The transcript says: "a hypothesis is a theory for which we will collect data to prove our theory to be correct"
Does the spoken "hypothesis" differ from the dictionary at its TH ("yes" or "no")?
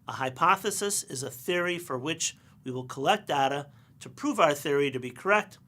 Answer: no